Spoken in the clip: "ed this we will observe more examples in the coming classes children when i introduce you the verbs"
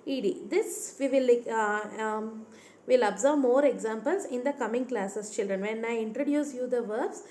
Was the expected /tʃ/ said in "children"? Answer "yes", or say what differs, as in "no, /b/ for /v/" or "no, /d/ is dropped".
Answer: yes